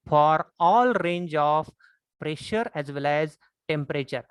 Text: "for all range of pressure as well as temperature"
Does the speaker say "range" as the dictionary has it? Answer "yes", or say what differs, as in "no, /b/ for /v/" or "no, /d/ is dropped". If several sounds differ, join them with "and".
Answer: yes